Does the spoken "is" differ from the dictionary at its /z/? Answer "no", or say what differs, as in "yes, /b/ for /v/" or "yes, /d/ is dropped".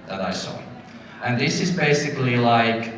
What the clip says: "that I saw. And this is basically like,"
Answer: no